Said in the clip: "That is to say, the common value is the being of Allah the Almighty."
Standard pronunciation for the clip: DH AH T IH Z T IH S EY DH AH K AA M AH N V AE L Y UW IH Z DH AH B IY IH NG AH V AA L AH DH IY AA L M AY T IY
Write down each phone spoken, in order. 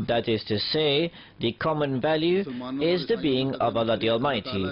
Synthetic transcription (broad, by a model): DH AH T IH Z T IH S EY DH AH K AA M AH N V AE L Y UW IH Z DH AH B IY IH NG AH V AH L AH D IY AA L M AY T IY